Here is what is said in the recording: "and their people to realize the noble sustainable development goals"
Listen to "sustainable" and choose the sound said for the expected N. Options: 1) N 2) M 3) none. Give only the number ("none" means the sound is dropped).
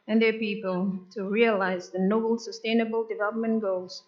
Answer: 1